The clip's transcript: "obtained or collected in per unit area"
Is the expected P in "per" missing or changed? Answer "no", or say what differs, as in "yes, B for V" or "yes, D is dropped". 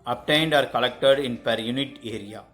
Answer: no